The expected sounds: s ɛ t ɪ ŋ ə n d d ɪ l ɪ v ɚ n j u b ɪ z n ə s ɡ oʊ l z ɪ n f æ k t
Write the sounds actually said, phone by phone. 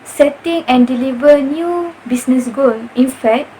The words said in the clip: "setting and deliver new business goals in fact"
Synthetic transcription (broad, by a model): s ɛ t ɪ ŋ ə n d d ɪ l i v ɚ n j u b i s n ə s ɡ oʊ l ɪ n f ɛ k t